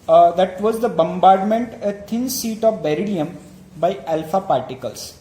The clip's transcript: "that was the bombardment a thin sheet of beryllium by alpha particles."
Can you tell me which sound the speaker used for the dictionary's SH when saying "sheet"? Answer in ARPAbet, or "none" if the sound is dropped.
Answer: S